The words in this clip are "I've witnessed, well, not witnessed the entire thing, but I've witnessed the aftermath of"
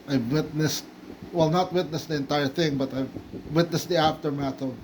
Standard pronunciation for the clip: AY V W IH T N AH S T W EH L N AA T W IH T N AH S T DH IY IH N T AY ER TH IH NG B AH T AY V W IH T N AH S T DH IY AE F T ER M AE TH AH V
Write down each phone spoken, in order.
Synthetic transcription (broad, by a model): AY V W IH T N AH S T W EH L N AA T W IH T N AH S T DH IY IH N T AY ER TH IH NG B AH T AY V W IH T N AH S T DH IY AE F T ER M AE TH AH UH